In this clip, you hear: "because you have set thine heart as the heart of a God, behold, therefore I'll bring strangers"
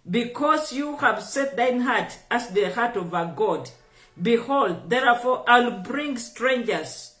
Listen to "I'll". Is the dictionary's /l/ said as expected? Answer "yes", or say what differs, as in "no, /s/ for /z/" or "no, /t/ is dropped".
yes